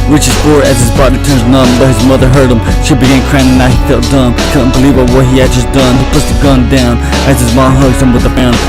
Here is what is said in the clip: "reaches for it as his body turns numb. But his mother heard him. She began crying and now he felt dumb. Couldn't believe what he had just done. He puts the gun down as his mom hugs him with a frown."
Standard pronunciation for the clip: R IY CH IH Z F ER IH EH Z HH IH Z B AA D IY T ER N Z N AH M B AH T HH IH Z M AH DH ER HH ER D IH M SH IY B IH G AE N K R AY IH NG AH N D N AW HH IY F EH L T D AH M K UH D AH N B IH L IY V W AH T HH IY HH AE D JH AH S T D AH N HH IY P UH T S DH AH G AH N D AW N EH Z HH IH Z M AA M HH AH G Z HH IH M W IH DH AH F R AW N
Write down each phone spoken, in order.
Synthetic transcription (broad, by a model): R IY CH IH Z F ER IH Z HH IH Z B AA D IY T ER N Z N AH B AH T HH IH Z M AH DH ER HH ER D IH M SH IY B IH G AE N K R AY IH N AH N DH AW HH IY F EH L T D AH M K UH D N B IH L IY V W AH T HH IY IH D JH AH S D AH N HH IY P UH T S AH G AH N D AW N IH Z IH Z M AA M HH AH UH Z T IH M W IH DH AH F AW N